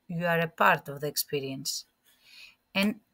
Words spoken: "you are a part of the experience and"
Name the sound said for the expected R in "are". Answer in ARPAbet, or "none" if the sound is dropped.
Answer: R